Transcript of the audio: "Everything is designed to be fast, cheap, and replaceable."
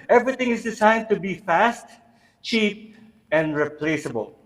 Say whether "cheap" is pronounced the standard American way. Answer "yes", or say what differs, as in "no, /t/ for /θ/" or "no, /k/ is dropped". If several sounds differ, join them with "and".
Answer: yes